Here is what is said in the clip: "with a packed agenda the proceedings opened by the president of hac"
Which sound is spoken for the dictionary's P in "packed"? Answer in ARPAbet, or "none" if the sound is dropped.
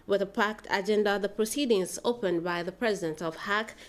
P